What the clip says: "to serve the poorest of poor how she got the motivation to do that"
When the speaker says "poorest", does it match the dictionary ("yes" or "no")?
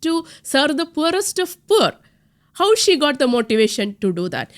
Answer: yes